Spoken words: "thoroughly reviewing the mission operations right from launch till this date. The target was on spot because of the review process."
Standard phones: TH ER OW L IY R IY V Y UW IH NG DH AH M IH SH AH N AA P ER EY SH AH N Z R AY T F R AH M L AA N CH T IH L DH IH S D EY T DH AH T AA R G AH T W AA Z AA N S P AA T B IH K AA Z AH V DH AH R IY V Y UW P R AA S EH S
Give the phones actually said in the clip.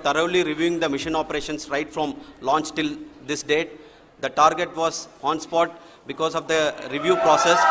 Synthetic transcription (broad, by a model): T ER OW L IY R IY V Y UW IH NG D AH M IH SH AH N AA P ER EY SH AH N S R AY T F R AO M L AA N CH T IH L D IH S D EY T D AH T AA R G AH T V AA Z AA N S P AA T B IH K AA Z AH V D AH R IY V Y UW P R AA S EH S